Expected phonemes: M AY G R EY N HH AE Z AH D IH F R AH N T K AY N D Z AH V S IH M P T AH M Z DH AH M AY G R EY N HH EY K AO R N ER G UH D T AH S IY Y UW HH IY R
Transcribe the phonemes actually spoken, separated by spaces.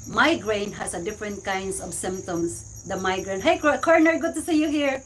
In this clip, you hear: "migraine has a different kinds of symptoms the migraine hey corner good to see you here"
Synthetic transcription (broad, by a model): M AY G R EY N HH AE S AH D IH F R AH N T K AY N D S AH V S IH M P T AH M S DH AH M AY G R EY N HH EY K AO R N ER G UH D T AH S IY Y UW HH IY R